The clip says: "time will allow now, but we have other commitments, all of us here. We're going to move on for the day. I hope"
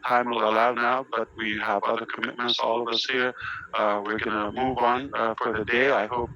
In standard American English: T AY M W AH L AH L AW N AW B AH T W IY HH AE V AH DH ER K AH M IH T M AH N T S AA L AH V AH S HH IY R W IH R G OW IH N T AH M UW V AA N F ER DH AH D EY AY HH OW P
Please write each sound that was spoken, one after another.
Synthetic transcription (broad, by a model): T AY M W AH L AH L AW N AW B AH T W IY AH V AH DH ER K AH M IH T M AH N T S AA L AH V AH S HH IY R W IH R G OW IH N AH M UW V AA N F ER DH AH D EY AY HH OW P